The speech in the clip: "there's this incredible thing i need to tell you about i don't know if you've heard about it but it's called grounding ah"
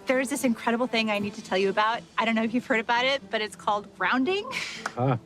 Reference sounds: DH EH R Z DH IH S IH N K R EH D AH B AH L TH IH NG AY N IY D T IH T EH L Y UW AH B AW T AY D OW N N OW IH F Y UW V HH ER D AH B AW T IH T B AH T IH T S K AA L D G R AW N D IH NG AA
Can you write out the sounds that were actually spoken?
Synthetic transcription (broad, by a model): DH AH R Z DH IH S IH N K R EH D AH B L TH IH NG AY N IY D T IH T EH L Y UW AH B AW T AY D OW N N OW IH F Y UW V HH ER D AH B AW T IH T B AH T IH T S K AA L D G R AW N D IH NG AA